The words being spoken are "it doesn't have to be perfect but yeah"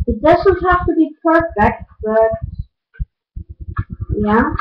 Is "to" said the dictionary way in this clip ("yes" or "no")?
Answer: yes